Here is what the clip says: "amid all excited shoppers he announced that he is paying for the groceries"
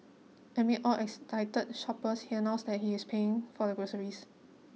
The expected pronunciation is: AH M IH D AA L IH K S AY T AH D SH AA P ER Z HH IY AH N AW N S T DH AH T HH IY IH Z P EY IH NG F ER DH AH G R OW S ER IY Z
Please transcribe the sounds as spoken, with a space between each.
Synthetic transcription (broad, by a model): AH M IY AA L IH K S AY T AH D SH AA P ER S HH IY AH N AW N S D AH T HH IY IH S P EY IH NG F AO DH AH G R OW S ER IY S